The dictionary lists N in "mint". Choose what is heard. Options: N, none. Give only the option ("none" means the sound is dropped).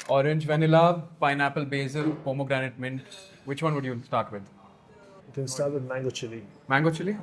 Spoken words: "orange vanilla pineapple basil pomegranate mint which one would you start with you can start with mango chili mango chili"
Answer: N